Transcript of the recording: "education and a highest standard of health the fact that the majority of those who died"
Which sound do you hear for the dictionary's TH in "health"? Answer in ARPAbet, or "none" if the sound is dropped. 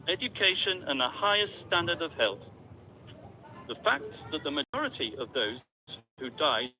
TH